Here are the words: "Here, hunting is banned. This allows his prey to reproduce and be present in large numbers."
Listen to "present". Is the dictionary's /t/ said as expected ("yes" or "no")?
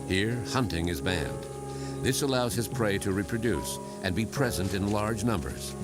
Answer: yes